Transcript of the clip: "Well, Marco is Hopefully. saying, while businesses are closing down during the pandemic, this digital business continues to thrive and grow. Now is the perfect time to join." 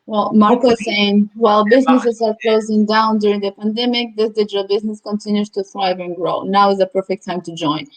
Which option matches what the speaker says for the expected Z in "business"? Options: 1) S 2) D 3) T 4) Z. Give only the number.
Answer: 4